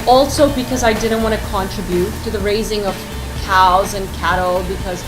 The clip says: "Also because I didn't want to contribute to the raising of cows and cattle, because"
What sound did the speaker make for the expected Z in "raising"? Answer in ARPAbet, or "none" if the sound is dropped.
Z